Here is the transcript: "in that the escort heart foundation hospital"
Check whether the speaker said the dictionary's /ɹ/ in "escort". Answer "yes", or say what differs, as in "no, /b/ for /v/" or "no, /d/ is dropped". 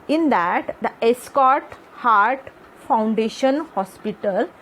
yes